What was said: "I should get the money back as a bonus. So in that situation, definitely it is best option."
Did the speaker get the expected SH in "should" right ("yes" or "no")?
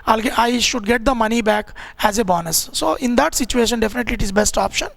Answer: yes